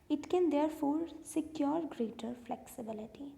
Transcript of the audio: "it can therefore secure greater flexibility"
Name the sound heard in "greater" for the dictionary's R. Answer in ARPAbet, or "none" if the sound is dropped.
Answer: R